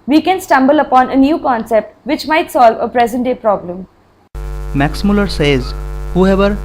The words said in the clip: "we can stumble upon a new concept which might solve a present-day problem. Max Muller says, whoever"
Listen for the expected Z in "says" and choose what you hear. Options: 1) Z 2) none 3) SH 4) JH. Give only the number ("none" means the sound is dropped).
1